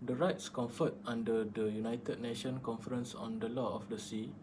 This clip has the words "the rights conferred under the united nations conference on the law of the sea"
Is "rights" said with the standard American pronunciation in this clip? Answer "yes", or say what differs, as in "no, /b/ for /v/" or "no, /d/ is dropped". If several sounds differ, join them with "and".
yes